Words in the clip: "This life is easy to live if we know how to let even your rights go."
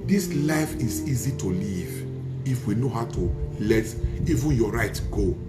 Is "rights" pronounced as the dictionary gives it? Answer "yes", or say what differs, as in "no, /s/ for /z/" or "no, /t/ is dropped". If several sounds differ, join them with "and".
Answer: no, /s/ is dropped